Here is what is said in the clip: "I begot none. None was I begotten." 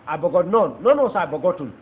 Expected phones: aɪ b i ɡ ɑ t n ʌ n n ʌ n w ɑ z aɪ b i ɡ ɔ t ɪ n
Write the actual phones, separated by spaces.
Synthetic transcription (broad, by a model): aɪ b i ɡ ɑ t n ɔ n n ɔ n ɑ s aɪ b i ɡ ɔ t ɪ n